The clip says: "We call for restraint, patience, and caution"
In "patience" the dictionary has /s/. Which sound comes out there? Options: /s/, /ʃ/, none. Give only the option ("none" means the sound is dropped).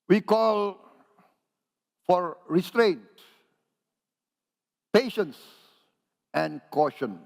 /s/